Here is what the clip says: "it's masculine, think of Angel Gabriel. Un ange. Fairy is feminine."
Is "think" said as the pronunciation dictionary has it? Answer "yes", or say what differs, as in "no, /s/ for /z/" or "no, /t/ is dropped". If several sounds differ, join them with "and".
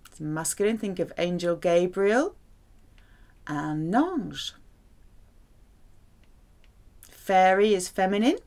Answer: yes